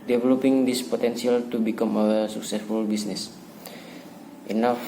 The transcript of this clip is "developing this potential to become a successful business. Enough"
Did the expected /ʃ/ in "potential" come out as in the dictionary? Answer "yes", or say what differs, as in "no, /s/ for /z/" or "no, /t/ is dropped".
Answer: no, /s/ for /ʃ/